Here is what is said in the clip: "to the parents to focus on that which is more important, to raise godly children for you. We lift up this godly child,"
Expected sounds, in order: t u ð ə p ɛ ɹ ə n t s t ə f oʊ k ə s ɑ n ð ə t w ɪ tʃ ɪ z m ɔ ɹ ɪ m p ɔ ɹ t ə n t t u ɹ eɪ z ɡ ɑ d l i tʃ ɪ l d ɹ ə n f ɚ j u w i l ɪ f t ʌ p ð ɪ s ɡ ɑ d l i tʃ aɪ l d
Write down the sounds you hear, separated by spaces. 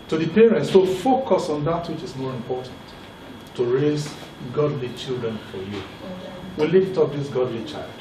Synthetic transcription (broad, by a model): t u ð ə p ɛ ɹ ə n t s t ə f oʊ k ə s ɑ n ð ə t w ɪ tʃ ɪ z m ɔ ɹ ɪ m p ɔ ɹ t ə n t t u ɹ eɪ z ɡ ɑ d l i tʃ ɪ l d ɹ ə n f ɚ j u w i l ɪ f t ʌ p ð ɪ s ɡ ɑ d l i tʃ aɪ l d